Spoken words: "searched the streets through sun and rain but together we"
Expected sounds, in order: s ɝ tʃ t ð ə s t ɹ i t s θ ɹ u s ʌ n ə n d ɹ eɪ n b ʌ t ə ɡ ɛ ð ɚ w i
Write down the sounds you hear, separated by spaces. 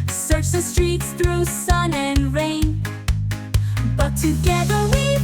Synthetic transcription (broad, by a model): s ɝ tʃ ð ə s t ɹ i t s θ ɹ u s ʌ n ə n ɹ eɪ n b ʌ t ə ɡ ɛ ð ɚ w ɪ